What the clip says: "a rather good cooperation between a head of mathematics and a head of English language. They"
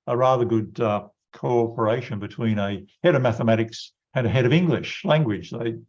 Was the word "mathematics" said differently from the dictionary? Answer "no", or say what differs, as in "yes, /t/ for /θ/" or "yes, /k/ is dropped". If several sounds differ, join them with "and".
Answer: no